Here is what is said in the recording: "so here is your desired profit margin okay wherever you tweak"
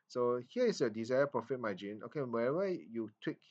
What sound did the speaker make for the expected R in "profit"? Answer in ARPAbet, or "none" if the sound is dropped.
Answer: R